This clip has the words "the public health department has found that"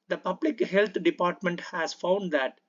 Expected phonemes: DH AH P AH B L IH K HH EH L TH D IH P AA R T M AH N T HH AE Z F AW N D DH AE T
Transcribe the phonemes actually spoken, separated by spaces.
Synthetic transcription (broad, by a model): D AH P AH B L IH K HH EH L T D IH P AA R T M AH N T HH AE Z F AW N D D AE T